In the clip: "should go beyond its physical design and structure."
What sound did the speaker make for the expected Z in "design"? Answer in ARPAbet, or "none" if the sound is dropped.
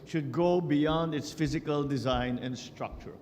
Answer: Z